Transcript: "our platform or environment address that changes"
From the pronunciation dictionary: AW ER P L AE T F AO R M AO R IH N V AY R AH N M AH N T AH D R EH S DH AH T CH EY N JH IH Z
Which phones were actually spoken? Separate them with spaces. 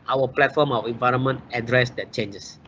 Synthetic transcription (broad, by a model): AW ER P L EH T F AO M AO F IH N V AY R AH N M AH N T AH D R EH S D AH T CH EY N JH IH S